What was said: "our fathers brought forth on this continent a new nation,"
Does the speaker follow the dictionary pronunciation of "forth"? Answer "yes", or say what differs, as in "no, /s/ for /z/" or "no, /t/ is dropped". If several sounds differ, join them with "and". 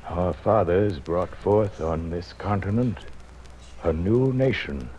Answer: yes